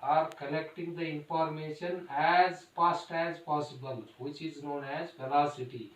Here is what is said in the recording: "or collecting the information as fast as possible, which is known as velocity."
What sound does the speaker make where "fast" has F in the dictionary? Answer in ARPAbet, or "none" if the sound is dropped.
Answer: P